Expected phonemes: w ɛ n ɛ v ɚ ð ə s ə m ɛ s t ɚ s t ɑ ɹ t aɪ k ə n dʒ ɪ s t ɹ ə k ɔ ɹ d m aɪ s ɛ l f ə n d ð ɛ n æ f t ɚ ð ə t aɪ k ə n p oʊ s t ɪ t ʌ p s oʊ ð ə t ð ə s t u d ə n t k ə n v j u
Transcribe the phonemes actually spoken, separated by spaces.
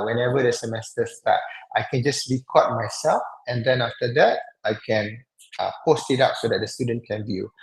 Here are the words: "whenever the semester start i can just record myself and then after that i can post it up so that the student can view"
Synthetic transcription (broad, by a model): w ɛ n ɛ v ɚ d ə s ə m ɛ s t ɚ s t ɑ t aɪ k ə n dʒ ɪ s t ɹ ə k ɔ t m aɪ s ɛ l f ə n d ɛ n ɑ f t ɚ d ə t aɪ k ə n p oʊ s t ɪ t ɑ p s oʊ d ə t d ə s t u d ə n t k ə n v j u